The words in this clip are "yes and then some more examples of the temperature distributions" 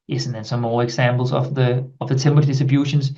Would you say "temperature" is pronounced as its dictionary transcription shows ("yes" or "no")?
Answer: no